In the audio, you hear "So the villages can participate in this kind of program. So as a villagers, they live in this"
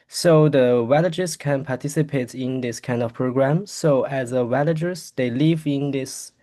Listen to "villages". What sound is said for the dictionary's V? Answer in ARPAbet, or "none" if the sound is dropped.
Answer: W